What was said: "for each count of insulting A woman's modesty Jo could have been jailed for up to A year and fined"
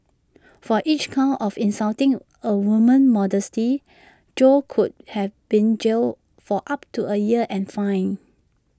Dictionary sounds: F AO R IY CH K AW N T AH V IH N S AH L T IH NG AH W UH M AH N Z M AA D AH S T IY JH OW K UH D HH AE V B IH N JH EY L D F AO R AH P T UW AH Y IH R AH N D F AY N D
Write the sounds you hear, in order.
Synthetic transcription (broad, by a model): F AO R IY CH K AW T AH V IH N S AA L T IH NG AH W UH M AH N M AA D AH S T IY JH OW K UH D HH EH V B IH N JH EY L F AO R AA P T UW AH Y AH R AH N F AY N